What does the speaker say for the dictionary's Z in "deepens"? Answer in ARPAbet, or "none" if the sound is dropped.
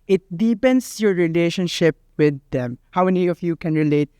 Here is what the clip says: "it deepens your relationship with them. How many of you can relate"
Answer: S